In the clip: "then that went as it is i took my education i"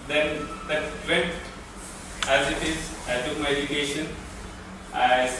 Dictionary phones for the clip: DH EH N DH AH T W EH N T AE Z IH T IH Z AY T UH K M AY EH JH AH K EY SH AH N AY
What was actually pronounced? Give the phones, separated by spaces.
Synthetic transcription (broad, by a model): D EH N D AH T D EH T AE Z IH T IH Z AY T UH K M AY EH JH AH K EY SH AH N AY